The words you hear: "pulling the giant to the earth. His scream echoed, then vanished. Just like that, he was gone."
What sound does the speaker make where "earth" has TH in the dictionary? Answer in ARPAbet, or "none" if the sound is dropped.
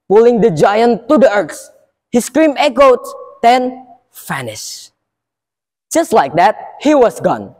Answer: S